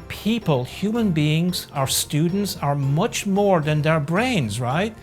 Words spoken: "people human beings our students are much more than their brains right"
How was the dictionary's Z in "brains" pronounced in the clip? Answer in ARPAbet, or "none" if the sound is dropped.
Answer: Z